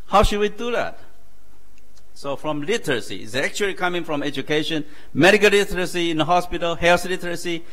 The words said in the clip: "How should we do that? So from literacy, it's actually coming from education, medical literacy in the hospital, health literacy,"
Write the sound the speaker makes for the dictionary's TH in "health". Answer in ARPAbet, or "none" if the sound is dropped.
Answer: S